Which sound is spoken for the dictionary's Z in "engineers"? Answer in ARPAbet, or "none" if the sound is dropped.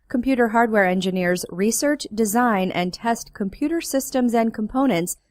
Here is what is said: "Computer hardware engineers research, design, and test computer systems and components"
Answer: Z